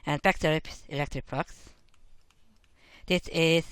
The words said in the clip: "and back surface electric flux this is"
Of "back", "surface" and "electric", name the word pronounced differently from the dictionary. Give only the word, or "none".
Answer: surface